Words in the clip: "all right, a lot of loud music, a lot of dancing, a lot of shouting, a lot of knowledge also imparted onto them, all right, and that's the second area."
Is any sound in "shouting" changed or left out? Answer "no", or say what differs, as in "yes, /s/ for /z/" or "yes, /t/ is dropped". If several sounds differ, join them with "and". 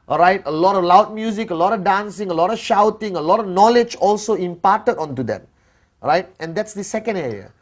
no